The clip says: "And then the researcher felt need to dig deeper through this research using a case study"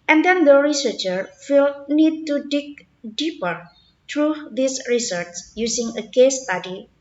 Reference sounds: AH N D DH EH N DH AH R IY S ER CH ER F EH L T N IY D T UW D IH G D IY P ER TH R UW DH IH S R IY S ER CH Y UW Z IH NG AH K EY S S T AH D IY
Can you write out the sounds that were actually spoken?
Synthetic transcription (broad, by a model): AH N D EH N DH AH R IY S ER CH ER F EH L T N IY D T UW D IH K D IY P ER T R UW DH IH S R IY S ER S Y UW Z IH NG AH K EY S S T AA D IY